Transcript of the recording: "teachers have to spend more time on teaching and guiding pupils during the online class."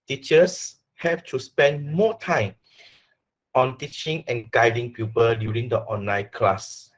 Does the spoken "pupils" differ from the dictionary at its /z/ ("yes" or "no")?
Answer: yes